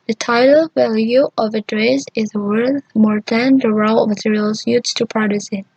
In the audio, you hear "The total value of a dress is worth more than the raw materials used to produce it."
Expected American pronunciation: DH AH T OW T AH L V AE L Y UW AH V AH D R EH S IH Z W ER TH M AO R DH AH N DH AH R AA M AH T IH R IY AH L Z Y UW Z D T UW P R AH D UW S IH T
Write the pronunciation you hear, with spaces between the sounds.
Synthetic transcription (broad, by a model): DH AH T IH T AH L V AE L Y UW AH V AH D R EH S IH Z W ER TH M AO R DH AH N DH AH R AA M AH T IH R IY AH L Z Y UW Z T UW P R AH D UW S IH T